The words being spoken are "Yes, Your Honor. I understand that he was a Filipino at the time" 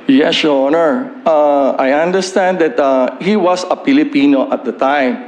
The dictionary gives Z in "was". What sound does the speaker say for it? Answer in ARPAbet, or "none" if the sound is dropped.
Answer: S